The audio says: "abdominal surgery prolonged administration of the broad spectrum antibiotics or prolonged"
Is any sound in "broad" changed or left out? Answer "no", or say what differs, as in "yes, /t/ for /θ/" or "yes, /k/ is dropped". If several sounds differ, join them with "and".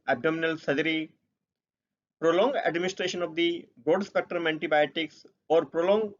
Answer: yes, /ɹ/ is dropped